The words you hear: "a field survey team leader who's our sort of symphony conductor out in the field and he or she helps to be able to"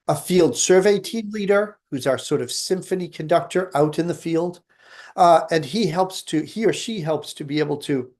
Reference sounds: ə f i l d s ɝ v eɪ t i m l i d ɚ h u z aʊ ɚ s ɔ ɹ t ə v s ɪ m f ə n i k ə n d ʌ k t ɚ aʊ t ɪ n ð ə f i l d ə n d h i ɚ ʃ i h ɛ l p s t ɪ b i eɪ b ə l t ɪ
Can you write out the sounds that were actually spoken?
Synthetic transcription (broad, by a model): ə f i l d s ɝ v eɪ t i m l i d ɚ h u z aʊ ɚ s ɔ ɹ t ə v s ɪ m f ə n i k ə n d ʌ k t ɚ aʊ t ɪ n ð ə f i l d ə n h h i ɚ ʃ i h ɛ l p s t ɪ b i eɪ b l t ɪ